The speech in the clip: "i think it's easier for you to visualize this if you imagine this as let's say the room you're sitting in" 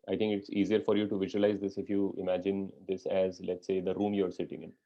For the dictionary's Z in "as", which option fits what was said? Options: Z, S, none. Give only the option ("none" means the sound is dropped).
Z